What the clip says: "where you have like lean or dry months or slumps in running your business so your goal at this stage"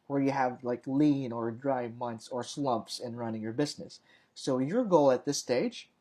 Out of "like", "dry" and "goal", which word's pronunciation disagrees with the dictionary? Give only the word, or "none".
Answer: none